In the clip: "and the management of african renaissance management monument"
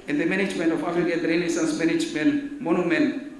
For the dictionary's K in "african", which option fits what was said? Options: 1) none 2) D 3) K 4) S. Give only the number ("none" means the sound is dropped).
1